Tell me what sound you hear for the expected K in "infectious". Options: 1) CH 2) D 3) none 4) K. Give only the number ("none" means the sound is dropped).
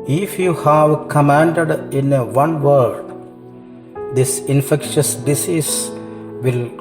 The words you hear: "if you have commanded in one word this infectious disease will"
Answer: 4